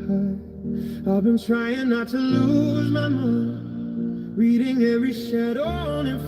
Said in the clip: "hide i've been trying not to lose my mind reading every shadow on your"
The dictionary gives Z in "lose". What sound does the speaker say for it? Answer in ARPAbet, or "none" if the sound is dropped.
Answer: Z